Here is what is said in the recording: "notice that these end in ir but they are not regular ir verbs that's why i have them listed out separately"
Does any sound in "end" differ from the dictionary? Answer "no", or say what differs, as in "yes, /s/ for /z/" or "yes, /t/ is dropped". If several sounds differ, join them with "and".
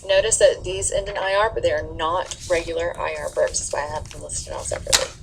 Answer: yes, /d/ is dropped